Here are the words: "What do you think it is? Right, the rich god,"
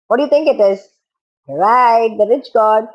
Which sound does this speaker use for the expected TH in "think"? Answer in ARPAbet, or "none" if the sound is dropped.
T